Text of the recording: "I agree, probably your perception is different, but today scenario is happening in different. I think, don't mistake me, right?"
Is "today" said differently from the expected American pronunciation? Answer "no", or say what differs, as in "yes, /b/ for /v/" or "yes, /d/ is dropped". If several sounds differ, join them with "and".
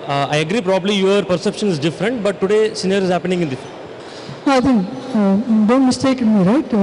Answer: no